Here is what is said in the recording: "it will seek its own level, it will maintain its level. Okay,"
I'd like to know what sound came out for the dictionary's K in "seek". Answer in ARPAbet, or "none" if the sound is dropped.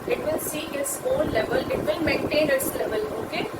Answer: none